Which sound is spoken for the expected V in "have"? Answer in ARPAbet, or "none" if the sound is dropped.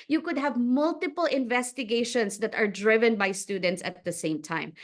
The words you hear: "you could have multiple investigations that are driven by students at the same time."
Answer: V